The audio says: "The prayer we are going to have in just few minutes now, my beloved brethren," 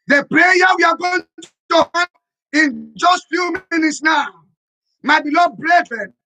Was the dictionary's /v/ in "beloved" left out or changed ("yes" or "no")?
yes